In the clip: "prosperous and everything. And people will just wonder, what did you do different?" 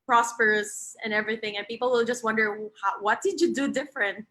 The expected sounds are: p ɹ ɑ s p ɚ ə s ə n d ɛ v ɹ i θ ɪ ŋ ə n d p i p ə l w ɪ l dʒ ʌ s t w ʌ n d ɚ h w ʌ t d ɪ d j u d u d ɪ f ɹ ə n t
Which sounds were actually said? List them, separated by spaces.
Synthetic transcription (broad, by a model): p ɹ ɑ s p ɚ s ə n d ɛ v ɹ i θ ɪ ŋ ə n p i p l w ɪ l dʒ ʌ s t w ʌ n d ɚ h w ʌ t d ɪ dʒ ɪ d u d ɪ f ɹ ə n t